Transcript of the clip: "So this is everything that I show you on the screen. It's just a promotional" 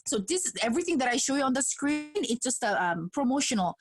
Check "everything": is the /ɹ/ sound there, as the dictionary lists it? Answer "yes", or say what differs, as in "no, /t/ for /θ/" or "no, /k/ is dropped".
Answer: yes